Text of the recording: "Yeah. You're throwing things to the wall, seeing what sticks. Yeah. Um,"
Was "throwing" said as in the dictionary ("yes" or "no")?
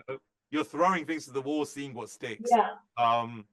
yes